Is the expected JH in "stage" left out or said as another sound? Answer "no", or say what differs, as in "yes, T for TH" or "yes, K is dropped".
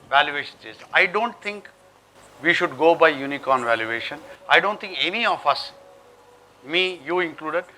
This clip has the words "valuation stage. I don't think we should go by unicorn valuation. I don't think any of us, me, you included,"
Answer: yes, Z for JH